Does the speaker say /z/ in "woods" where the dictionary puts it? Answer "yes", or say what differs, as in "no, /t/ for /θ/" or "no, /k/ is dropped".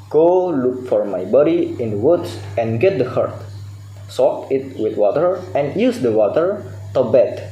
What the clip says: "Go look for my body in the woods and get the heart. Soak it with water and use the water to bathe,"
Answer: no, /s/ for /z/